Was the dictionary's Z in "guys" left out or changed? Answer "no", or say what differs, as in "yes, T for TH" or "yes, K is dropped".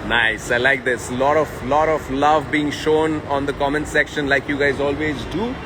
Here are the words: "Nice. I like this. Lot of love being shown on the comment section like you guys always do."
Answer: no